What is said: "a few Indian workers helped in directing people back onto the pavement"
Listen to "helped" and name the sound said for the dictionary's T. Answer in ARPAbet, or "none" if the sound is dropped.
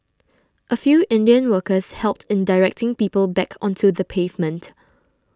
T